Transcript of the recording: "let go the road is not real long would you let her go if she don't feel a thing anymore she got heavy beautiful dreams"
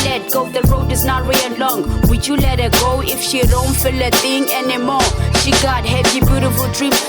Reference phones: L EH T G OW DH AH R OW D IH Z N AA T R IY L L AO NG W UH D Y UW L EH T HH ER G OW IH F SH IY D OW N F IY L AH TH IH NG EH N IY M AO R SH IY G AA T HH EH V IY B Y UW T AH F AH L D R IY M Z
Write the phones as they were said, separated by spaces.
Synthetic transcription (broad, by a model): L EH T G OW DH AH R OW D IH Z N AA T W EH N L AO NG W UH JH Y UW L EH T HH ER G OW IH F SH IY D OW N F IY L AH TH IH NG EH N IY M AO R SH IY G AA T HH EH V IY B Y UW T AH F AH L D R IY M